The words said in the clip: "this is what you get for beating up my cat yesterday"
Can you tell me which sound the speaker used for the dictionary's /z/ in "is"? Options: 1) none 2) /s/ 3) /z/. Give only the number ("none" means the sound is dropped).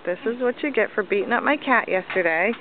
3